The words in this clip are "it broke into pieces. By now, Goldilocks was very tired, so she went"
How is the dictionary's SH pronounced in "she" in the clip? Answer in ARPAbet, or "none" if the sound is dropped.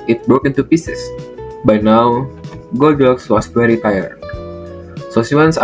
S